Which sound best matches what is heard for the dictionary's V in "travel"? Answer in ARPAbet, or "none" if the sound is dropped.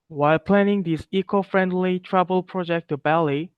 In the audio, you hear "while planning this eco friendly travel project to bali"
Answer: B